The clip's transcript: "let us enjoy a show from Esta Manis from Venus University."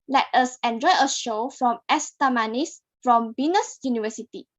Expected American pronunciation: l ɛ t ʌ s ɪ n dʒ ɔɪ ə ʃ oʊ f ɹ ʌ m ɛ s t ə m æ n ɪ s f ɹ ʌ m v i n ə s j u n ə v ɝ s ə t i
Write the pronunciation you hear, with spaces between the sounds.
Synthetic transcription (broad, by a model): l ɛ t ʌ s ɪ n dʒ ɔɪ ə ʃ oʊ f ɹ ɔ m ɛ s t ə m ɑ n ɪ s f ɹ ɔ m b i n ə s j u n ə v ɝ s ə t i